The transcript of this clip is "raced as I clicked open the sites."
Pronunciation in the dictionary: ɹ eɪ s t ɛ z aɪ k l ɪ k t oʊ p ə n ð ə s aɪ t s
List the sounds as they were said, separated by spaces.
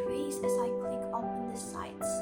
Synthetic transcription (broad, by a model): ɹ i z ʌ z aɪ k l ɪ k oʊ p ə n ð ə s aɪ t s